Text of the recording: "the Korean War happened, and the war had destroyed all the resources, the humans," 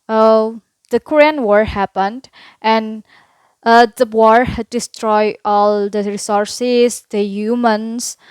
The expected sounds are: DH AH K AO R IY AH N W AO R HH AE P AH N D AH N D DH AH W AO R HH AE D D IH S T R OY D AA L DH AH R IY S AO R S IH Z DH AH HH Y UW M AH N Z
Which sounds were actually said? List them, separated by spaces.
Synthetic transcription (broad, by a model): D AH K AO R IY AH N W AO R HH AE P AH N D AH N D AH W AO R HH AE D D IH S T R OY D AA L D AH R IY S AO R S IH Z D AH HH Y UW M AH N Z